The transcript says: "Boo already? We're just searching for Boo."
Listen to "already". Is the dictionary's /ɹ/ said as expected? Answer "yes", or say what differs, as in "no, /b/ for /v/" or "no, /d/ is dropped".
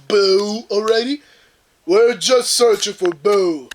yes